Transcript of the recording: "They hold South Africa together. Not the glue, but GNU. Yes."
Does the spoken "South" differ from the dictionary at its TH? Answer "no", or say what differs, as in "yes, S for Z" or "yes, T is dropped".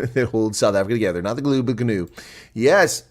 no